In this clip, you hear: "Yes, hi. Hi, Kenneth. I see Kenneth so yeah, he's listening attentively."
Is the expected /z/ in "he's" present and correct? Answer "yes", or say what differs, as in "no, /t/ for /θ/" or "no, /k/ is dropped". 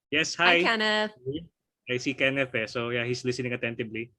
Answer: no, /s/ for /z/